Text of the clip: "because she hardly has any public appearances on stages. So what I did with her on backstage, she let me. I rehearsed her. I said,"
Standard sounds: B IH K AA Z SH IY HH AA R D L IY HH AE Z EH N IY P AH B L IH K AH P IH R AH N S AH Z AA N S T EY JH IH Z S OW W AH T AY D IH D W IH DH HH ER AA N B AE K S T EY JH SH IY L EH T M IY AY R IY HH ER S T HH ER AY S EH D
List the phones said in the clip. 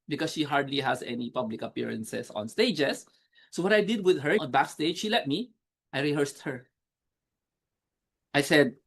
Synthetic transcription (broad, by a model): B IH K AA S SH IY HH AA R D L IY HH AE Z EH N IY P AH B L IH K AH P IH R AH N S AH S AA N S T EY JH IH S OW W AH T AY D IH D W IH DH HH ER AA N B AE K S T EY JH SH IY L EH T M IY AY R IY HH ER S T HH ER AY S EH D